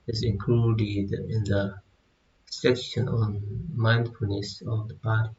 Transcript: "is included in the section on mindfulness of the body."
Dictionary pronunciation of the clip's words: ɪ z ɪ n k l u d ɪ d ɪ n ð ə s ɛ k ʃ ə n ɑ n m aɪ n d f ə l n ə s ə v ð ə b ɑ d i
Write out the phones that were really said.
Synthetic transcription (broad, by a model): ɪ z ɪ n k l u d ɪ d ɪ n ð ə s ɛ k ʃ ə n ɑ n m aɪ n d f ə n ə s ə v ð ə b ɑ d